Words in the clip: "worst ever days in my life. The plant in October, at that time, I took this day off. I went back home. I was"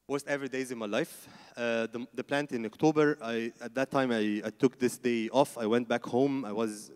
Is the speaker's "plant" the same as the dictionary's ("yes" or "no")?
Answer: yes